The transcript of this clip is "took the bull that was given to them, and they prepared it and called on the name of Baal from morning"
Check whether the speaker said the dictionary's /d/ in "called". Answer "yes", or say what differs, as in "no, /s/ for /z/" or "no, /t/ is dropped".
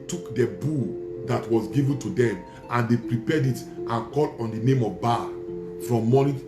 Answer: no, /d/ is dropped